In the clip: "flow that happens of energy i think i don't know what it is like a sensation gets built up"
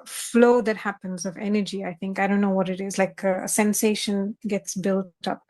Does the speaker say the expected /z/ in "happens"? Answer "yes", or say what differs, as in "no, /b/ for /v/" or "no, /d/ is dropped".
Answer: yes